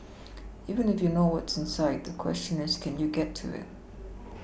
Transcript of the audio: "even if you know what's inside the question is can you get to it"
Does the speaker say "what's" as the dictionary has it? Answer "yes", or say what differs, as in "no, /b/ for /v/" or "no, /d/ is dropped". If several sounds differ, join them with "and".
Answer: yes